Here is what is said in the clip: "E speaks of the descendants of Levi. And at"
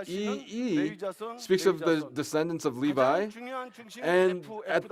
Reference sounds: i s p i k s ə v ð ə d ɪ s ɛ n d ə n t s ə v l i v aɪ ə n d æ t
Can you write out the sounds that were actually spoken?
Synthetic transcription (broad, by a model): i s p i k s ə v ð ə d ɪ s ɛ n d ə n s ə v l i v aɪ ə n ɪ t